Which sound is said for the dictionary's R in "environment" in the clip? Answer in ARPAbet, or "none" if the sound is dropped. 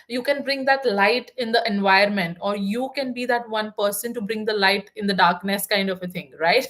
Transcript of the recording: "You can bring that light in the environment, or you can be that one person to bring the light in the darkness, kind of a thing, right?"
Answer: none